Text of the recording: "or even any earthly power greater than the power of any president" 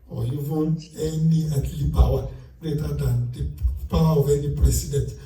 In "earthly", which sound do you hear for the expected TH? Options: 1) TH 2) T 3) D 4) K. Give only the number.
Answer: 2